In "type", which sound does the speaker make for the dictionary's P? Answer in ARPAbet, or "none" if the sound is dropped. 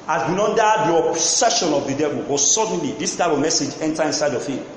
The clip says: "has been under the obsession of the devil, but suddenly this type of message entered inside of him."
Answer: B